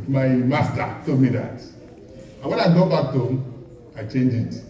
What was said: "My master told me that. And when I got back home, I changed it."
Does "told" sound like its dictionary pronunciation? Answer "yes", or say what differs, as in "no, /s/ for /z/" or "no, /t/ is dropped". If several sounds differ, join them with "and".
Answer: no, /l/ is dropped